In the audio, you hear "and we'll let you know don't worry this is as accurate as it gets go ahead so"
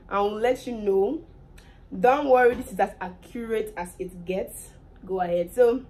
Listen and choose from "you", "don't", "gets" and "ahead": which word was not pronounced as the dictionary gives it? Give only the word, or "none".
none